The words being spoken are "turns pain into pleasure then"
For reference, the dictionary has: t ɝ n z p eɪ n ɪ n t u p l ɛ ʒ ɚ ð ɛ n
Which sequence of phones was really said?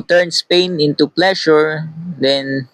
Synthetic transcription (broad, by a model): t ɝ n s p eɪ n ɪ n t u p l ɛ ʃ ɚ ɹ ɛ n